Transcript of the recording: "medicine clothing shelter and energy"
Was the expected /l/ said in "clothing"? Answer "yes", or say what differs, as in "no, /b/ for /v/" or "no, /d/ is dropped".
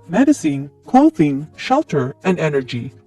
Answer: no, /w/ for /l/